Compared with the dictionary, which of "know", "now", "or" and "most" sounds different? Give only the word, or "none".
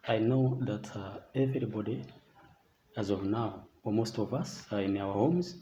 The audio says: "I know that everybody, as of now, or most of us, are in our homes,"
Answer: or